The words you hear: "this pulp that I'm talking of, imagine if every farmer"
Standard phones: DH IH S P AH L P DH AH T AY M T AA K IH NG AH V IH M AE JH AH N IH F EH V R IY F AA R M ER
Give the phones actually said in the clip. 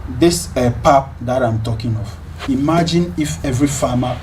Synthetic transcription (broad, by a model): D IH S P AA P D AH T AY M T AA K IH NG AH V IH M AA JH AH N IH F EH V R IY F AA M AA